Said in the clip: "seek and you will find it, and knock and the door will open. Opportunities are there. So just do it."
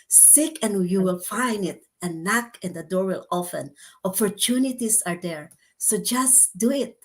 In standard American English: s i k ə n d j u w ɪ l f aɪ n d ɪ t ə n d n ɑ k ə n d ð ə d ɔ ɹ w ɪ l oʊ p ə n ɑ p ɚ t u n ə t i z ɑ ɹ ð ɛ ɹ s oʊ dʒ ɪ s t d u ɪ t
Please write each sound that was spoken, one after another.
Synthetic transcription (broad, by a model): s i k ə n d j u w ɪ l f aɪ n d ɪ t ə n n ɑ k ə n d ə d ɔ ɹ w ɪ l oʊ f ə n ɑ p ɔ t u n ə t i s ɑ ɹ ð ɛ ɹ s oʊ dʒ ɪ s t d u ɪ t